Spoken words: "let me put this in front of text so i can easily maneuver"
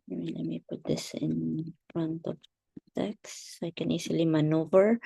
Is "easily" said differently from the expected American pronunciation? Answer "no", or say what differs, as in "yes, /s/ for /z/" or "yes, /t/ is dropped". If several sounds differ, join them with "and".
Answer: yes, /s/ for /z/